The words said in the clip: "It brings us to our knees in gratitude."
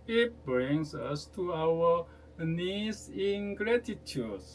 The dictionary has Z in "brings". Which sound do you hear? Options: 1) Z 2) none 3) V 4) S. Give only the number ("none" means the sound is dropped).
4